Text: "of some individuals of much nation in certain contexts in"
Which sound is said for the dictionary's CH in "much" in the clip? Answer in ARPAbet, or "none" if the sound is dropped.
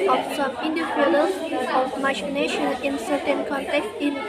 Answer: SH